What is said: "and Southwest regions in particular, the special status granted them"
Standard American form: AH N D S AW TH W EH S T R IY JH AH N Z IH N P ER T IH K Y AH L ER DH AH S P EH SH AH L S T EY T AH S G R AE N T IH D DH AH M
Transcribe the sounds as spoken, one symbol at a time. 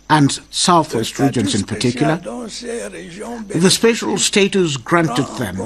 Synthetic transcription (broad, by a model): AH N S AW TH W EH S T R IY JH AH N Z IH N P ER T IH K Y L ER DH AH S P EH SH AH L S T EY T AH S G R AE N T IH D DH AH M